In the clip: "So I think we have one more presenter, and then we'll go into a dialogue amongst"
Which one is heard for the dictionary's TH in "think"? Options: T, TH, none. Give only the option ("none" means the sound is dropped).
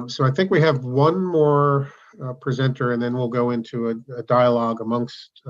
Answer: TH